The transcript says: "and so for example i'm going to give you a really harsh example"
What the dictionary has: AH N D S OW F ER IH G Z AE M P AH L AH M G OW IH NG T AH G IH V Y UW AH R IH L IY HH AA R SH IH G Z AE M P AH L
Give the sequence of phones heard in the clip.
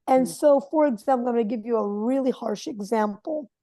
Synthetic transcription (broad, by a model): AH N S OW F ER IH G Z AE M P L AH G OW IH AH G IH V Y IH AH R IH L IY HH AA R SH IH G Z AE M P L